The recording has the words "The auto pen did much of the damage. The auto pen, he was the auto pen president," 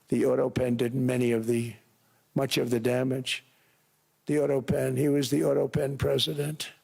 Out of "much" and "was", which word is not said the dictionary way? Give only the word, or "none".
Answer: none